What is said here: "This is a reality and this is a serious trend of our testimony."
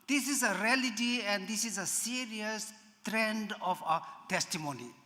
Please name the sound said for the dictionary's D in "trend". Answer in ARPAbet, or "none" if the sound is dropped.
D